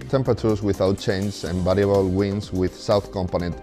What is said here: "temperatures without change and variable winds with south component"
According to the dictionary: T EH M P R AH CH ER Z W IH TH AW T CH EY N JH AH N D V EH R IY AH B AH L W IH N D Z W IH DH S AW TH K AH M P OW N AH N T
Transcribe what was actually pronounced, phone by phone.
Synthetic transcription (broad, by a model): T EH M P R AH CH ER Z W IH TH AW T CH EY N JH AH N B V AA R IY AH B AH L W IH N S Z W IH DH S AW TH K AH M P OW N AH N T